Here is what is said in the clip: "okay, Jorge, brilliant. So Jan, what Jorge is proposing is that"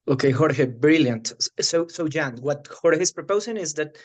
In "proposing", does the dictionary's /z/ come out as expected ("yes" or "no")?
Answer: no